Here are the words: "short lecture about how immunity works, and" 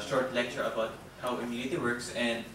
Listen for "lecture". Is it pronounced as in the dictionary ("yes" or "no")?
yes